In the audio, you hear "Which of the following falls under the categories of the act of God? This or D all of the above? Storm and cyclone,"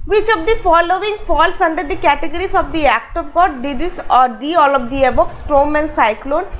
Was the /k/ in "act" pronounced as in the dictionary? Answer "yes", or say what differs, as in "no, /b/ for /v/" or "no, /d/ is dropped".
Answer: yes